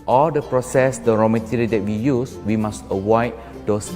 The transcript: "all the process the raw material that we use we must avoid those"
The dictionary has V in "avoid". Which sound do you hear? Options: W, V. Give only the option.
W